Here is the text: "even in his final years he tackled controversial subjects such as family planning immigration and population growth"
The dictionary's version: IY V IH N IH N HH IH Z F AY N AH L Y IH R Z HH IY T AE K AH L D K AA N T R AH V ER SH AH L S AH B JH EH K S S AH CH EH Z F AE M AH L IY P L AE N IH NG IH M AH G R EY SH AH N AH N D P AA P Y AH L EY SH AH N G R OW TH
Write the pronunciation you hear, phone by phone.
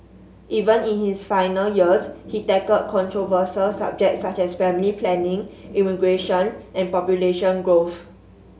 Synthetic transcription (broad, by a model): IY V IH N IH N HH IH S F AY N AH L Y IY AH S HH IY T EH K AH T K AA N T R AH V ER S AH L S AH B JH EH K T S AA CH EH S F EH M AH L IY P L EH N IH NG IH M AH G R EY SH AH N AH N P AA P Y AH L EY SH AH N G R OW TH